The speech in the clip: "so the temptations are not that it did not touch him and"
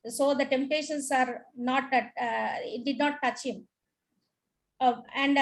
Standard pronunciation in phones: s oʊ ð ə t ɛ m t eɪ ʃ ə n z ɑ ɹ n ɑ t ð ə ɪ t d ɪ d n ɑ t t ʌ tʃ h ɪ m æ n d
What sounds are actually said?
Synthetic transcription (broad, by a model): s oʊ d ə t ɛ m t eɪ ʃ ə n s ɑ ɹ n ɑ t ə ɪ t d ɪ d n ɑ t t ʌ tʃ h ɪ m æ n d